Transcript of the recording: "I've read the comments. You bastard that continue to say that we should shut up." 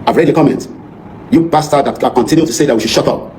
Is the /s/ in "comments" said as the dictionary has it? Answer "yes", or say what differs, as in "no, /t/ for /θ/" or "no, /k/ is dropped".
no, /s/ is dropped